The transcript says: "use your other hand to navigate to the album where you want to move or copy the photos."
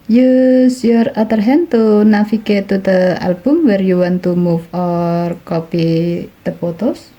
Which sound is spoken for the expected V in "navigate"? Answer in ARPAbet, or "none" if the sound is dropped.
F